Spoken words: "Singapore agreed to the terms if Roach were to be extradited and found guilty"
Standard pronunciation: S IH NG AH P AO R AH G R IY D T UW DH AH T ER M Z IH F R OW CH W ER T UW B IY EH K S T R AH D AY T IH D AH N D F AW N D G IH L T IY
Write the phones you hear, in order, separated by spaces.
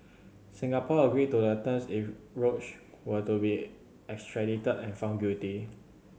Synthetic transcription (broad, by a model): S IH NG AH P AO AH G R IY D T UW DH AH T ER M S IH F R OW CH W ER T UW B IY EH K S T R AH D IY T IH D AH N F AW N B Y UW T IY